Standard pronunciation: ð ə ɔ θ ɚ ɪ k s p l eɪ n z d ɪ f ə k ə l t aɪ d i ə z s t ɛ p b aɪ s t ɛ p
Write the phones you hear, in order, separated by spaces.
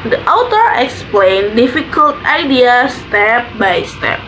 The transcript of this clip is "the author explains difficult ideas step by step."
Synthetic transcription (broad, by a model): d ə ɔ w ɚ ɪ k s p l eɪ n d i f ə k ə l t aɪ d i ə s t ɛ p b aɪ s t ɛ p